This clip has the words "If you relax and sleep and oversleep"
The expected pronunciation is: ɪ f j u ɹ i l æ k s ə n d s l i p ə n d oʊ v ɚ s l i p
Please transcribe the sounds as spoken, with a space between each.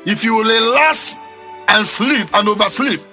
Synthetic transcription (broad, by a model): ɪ f j u w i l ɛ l s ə n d s l i p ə n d oʊ v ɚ s l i p